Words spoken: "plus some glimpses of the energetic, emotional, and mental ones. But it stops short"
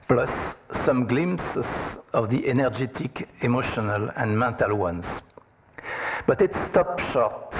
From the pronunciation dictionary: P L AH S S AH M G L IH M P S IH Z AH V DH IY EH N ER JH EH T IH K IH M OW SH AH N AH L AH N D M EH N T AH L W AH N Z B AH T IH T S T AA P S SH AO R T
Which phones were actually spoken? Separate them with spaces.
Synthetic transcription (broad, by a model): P L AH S S AH M G L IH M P S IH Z AH V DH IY EH N ER JH EH T IH K IH M OW SH AH N AH L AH N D M EH N T AH L W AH N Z B AH T IH T S T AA P SH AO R T